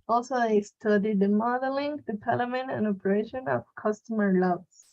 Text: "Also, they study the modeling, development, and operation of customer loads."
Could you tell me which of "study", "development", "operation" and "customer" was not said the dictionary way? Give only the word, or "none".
development